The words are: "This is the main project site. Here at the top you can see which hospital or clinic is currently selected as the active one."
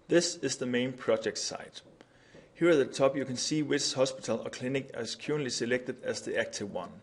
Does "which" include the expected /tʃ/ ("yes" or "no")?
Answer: no